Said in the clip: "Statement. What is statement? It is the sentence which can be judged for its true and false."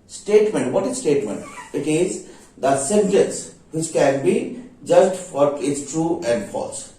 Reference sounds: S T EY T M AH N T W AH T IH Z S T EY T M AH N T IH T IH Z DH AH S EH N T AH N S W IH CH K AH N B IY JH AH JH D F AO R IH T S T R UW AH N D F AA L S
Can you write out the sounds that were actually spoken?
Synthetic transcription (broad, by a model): S T EY T M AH N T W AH T IH Z S T EY T M AH N T IH T IH Z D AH S EH N T AH N S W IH CH K AH N B IY JH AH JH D F AO R IH T S T R UW AH N D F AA L S